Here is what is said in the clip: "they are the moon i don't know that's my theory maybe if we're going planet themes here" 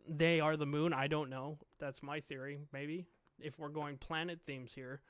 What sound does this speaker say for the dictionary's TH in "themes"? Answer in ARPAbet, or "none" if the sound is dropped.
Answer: TH